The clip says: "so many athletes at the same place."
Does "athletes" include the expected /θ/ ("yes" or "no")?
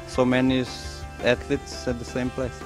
no